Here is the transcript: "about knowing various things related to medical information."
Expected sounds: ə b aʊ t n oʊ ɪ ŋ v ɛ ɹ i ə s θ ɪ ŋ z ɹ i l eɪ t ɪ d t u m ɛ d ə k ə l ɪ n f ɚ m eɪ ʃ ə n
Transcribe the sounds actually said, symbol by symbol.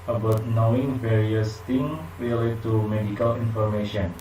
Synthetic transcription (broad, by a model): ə b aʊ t n oʊ ɪ ŋ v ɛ ɹ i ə s t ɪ ŋ ɹ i l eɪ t t u m ɛ d ə k ə l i n f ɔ m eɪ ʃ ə n